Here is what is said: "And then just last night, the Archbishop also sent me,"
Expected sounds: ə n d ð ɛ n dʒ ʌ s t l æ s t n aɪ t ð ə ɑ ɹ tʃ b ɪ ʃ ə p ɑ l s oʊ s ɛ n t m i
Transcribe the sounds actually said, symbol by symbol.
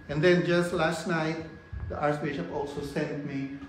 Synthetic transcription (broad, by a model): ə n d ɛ n dʒ ʌ s t l æ s t n aɪ t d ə ɑ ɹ s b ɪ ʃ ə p ɑ l s oʊ s ɛ n t m i